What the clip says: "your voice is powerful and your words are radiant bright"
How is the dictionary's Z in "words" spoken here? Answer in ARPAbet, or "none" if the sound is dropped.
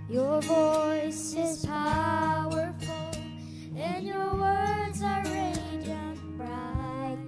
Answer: Z